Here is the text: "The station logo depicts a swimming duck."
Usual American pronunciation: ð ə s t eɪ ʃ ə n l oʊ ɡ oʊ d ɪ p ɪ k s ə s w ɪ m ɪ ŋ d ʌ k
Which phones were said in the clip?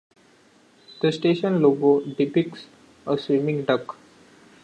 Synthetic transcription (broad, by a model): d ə s t eɪ ʃ ə n l oʊ ɡ oʊ d ɪ p ɪ k s ə s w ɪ m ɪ ŋ d ʌ k